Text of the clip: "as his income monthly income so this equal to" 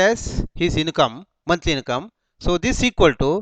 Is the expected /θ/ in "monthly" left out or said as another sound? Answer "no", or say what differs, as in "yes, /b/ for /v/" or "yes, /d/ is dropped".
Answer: yes, /t/ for /θ/